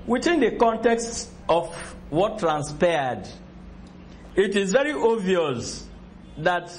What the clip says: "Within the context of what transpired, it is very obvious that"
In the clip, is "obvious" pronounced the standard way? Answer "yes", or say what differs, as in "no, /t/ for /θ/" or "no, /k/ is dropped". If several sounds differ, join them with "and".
no, /b/ is dropped